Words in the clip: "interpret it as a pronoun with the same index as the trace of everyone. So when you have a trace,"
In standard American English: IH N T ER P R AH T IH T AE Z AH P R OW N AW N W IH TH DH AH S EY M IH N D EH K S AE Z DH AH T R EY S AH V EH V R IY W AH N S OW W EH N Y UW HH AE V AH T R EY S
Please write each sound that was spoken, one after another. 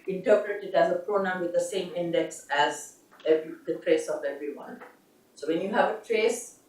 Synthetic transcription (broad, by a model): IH N T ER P R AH T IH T AE Z AH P R OW N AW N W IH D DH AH S EY M IH N D EH K S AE Z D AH T R EY S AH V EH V R IY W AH N S OW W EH N Y UW HH AE V AH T R EY S